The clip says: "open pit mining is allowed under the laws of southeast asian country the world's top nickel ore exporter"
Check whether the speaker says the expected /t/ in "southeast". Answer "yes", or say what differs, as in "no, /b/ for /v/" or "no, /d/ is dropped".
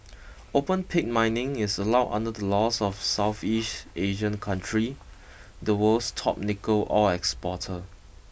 yes